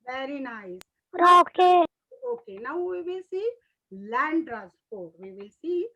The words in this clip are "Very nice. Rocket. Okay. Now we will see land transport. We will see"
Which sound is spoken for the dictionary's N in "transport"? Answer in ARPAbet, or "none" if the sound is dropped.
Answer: none